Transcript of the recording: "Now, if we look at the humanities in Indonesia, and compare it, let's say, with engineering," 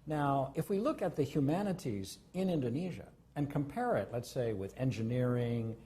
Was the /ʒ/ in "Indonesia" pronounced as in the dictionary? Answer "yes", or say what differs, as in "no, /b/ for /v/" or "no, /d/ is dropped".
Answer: yes